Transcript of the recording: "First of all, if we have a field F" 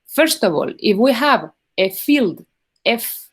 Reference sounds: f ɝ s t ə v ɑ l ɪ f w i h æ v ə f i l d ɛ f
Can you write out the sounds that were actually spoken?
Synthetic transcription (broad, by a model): f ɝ s t ə v ɑ l ɪ f w i h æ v ə f i l d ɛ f